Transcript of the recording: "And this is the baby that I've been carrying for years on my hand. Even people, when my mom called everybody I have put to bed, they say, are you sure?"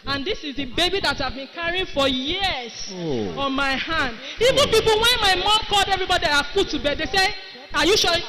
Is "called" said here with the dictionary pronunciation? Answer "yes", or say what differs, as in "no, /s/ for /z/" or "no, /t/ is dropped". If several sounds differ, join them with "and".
yes